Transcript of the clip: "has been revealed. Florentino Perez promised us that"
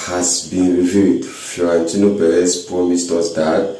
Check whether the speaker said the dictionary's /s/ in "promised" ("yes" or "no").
yes